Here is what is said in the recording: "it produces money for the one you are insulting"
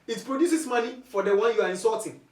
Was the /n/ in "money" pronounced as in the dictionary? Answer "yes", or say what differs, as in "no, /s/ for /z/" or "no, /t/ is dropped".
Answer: no, /l/ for /n/